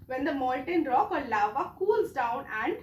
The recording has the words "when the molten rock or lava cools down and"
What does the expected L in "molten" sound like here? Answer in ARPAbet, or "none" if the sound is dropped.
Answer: N